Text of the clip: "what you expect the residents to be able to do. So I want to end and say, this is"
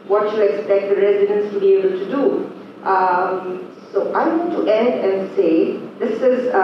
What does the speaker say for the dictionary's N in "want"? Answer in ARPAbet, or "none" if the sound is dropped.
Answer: none